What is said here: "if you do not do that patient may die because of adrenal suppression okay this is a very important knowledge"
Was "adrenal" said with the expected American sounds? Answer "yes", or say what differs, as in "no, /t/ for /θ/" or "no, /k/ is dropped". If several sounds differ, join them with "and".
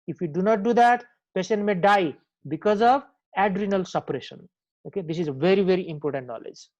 yes